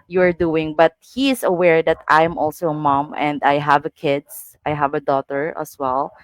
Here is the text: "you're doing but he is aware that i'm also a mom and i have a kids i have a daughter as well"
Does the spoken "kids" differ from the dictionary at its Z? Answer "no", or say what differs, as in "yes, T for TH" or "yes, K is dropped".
yes, S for Z